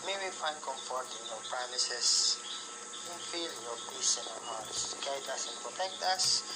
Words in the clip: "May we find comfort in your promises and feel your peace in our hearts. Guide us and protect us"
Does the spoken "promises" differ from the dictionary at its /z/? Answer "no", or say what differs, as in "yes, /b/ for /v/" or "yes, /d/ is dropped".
yes, /s/ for /z/